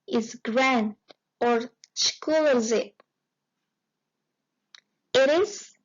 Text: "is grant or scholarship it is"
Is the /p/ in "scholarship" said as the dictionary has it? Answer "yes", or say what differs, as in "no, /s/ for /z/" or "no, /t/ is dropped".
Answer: no, /p/ is dropped